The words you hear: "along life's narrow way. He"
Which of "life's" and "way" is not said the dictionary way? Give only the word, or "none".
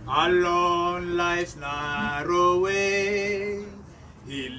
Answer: life's